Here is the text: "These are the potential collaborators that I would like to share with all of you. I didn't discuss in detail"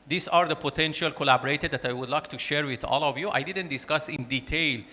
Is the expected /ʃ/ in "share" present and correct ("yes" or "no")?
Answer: yes